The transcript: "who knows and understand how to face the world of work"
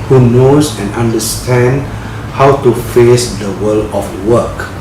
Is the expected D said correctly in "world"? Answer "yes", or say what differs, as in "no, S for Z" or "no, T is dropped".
no, D is dropped